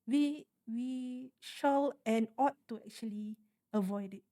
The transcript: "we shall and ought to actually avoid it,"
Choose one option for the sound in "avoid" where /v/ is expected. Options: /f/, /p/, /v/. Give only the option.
/v/